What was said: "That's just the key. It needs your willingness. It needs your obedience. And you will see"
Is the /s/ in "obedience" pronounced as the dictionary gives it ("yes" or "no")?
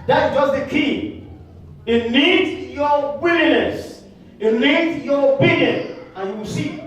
no